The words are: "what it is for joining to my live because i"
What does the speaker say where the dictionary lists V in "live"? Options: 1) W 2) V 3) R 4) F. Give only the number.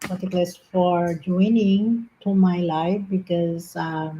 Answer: 4